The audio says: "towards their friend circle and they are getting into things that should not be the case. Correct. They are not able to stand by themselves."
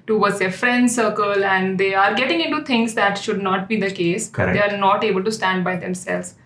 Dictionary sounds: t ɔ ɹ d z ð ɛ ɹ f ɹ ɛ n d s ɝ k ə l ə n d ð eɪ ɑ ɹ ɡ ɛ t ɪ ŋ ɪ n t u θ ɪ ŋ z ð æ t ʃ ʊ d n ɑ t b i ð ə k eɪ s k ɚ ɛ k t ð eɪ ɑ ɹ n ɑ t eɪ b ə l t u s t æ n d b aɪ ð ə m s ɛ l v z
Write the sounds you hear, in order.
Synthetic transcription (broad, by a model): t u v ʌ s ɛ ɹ f ɹ ɛ n d s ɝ k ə l ə n d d eɪ ɑ ɹ ɡ ɛ t ɪ ŋ ɪ n t u t ɪ ŋ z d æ t ʃ ʊ d n ɑ t b i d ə k eɪ s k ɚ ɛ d eɪ ɑ ɹ n ɑ t eɪ b ə l t u s t æ n d b aɪ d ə m s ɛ l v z